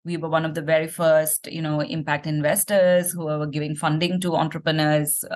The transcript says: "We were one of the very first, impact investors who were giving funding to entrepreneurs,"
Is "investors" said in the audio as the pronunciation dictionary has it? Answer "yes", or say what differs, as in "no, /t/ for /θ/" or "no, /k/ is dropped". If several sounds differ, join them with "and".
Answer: yes